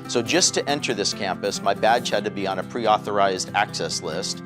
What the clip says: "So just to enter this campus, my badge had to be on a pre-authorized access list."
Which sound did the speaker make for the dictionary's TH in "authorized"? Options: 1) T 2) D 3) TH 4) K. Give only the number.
3